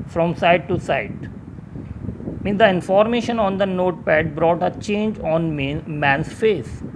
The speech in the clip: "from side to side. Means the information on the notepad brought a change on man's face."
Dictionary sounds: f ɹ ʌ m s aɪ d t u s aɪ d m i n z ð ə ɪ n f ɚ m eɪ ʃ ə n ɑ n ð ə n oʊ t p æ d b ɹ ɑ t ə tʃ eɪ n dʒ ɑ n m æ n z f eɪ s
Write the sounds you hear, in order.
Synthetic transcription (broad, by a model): f ɹ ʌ m s aɪ d t u s aɪ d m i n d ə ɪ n f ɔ m eɪ ʃ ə n ɑ n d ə n oʊ t p æ d b ɹ ɑ t ə tʃ eɪ n dʒ ɑ n m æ n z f eɪ s